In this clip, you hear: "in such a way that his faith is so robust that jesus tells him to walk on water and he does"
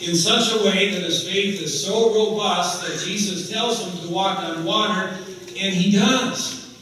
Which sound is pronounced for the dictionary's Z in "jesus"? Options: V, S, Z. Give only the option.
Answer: Z